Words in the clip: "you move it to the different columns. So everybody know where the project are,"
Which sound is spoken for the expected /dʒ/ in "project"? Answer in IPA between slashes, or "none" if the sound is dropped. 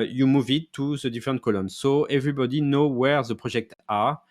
/ʒ/